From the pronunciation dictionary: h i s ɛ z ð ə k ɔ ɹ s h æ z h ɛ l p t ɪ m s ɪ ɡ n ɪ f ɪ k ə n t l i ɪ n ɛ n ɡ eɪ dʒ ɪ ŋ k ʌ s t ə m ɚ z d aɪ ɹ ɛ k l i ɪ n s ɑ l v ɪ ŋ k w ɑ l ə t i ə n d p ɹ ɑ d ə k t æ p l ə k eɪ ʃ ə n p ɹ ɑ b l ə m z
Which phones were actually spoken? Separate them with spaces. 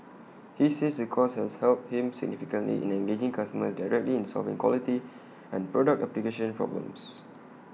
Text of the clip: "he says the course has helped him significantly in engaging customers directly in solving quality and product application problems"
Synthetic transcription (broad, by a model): h i s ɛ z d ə k ɔ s h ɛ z h ɛ l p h ɪ m s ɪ ɡ n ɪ f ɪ k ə n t l i ɪ n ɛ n ɡ eɪ dʒ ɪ ŋ k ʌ s t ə m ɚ s d aɪ ɹ ɛ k l i ɪ n s ɑ l v ɪ ŋ k w ɑ l ə t i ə n p ɹ ɑ d ə k t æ p l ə k eɪ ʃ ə n p ɹ ɑ b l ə m s